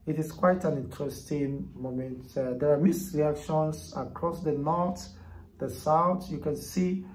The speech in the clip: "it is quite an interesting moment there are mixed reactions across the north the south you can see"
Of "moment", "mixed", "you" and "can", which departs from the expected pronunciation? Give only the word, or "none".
mixed